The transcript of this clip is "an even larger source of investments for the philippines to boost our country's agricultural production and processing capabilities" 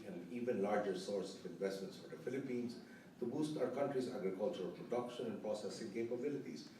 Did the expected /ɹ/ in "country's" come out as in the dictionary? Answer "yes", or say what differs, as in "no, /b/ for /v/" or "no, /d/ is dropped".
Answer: yes